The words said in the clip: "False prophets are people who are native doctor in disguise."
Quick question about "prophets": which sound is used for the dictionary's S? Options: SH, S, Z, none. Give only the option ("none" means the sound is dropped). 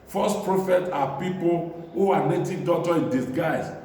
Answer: none